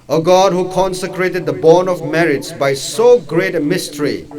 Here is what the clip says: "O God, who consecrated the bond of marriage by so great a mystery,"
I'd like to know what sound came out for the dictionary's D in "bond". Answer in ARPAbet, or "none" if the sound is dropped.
none